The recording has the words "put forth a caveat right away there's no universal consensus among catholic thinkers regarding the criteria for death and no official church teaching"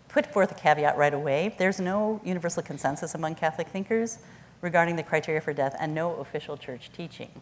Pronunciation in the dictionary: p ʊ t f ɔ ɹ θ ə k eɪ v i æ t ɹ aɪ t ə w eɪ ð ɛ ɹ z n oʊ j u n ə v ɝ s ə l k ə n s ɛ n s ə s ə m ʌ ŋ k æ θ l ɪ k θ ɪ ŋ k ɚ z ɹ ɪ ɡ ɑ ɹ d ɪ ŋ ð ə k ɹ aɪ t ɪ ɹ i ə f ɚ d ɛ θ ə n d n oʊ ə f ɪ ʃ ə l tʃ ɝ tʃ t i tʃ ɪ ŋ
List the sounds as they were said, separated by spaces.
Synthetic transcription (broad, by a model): p ʊ t f ɔ ɹ θ ə k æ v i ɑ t ɹ aɪ t ə w eɪ ð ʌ ɹ z n oʊ j u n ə v ɝ s l k ə n s ɛ n s ə s ə m ʌ ŋ k æ θ l ɪ k θ ɪ ŋ k ɚ z ɹ ɪ ɡ ɑ ɹ d ɪ ŋ ð ə k ɹ aɪ t ɪ ɹ i ə f ɚ d ɛ θ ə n n oʊ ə f ɪ ʃ l tʃ ɝ tʃ t i tʃ ɪ ŋ